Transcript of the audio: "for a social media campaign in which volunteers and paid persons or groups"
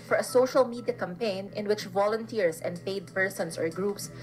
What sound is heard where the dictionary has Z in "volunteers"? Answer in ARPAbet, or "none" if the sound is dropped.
S